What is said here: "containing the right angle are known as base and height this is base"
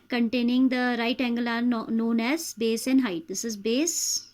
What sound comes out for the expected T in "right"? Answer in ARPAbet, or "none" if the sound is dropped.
T